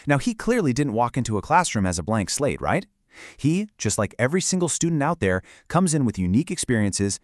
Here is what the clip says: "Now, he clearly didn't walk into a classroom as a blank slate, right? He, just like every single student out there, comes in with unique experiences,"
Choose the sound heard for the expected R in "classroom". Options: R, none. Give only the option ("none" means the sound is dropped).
R